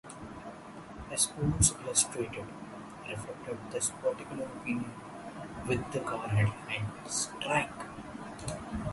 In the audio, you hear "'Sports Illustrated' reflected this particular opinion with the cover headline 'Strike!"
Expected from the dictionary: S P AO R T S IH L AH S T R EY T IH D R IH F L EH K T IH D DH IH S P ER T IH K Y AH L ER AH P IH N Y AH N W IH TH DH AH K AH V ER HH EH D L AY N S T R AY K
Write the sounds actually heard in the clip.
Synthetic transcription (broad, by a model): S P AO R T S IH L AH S T R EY T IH D R IH F L EH K T IH D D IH S P ER T IH K Y AH L ER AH P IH N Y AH N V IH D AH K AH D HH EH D EH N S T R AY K